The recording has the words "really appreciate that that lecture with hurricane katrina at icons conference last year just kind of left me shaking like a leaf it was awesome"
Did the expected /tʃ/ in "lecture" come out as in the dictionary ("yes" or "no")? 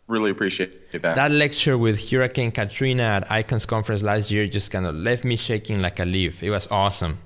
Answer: yes